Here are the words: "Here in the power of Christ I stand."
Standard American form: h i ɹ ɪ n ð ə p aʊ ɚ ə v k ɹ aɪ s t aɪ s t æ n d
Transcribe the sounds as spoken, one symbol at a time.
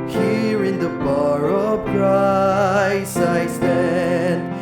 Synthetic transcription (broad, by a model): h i ɹ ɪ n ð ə b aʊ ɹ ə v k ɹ aɪ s aɪ s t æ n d